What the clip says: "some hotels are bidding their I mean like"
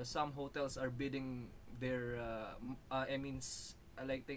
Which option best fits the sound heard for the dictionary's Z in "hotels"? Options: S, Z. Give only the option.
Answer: S